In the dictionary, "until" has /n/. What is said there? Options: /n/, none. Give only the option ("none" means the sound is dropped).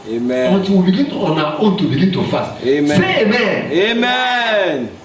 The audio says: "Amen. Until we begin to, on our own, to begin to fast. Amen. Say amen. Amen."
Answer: none